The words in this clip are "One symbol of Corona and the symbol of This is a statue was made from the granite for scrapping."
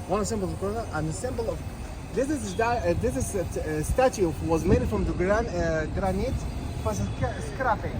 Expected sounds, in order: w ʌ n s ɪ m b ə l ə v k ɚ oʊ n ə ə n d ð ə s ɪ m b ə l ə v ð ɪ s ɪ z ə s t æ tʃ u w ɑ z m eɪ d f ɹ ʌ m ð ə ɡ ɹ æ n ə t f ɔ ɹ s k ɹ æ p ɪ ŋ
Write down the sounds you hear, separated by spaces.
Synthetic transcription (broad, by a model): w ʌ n s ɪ m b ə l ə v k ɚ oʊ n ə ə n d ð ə s ɪ m b ə l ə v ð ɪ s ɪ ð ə s t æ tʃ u w ɑ z m eɪ d f ɹ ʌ m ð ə ɡ ɹ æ n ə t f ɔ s s k ɹ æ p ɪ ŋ